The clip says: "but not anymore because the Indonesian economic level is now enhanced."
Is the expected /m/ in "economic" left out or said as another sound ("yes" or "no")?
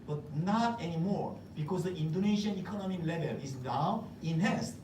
no